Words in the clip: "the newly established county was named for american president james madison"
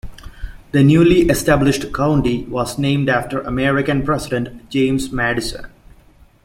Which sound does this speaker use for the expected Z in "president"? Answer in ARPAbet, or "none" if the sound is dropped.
S